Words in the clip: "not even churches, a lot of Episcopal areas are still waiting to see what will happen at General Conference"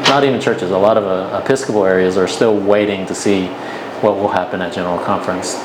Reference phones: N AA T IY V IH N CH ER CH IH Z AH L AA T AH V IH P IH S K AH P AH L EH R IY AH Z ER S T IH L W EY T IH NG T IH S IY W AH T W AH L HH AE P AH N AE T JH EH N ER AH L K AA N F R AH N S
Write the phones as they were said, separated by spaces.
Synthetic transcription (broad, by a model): N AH T IY V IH N CH ER CH IH Z AH L AA T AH V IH P IH S K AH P L EH R IY AH Z ER S T IH L W EY T IH NG T IH S IY W AH T W AH L HH AE P AH N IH T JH EH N ER L K AA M F R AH N S